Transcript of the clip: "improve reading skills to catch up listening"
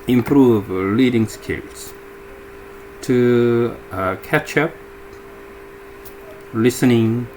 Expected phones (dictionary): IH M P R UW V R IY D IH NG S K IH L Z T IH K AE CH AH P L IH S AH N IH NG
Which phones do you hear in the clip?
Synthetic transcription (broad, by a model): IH M P R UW V L IY D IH NG S K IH L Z T IH K AE CH AH P L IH S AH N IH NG